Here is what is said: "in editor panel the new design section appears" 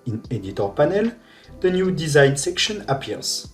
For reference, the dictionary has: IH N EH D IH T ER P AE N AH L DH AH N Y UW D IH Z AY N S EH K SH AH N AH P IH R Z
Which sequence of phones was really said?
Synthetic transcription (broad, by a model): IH N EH D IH T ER P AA N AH L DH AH N Y UW D IH Z AY N S EH K SH AH N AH P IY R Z